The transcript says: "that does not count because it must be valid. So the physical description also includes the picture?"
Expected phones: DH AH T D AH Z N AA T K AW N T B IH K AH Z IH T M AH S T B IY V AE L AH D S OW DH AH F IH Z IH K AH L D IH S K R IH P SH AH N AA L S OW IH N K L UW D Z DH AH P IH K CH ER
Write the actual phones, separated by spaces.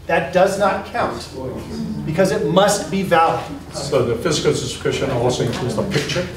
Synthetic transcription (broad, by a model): DH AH T D AH Z N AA T K AW N T B IH K AH Z IH T M AH S T B IY V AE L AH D S OW DH AH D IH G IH AH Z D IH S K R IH SH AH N AA L S OW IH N K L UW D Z DH AH P IH K CH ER